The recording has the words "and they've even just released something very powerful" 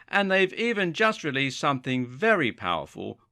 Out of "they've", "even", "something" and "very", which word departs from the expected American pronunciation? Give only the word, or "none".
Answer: none